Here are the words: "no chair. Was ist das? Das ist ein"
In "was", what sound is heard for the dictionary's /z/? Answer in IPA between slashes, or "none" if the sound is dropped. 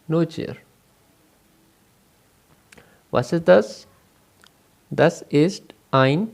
/s/